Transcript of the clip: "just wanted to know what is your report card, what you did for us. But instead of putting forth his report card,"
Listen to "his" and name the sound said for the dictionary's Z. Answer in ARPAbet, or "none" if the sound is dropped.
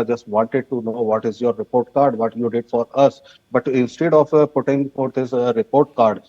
S